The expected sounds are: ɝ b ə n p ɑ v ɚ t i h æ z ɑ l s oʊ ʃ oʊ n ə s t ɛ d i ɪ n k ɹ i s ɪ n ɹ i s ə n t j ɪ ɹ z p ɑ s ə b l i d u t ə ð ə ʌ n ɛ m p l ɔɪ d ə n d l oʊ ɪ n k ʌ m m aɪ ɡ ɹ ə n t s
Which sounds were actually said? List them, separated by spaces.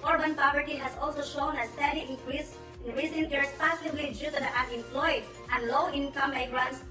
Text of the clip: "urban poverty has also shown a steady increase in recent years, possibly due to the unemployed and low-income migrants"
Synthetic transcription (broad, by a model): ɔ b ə n p ɑ v ɚ t i h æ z ɑ l s oʊ ʃ oʊ n ə s t ɛ d i ɪ n k ɹ i s ɪ n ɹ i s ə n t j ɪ ɹ s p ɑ s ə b l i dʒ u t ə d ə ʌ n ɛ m p l ɔɪ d ə n d l oʊ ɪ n k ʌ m m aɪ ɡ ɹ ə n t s